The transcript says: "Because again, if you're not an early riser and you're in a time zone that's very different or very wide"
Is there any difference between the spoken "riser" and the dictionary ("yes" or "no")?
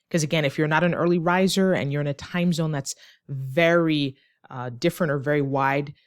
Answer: no